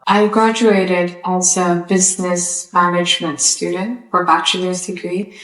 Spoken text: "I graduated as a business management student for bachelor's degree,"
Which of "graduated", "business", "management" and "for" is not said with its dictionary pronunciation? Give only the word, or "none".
none